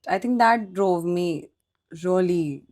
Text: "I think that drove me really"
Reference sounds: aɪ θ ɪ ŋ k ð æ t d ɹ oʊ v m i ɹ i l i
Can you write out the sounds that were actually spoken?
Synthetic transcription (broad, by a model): aɪ t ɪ ŋ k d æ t d ɹ oʊ v m i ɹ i l i